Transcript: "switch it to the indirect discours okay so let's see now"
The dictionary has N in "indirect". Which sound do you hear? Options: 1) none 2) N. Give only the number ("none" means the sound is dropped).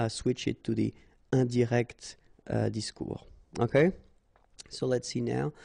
1